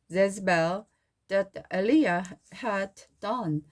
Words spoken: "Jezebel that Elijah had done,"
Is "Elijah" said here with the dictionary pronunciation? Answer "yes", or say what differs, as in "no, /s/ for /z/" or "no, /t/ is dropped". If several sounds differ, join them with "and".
no, /dʒ/ is dropped